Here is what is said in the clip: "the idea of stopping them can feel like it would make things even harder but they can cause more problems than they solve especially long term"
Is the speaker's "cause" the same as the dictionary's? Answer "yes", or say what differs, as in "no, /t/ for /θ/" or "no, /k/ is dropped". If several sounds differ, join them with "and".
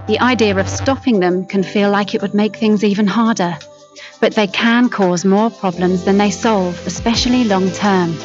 yes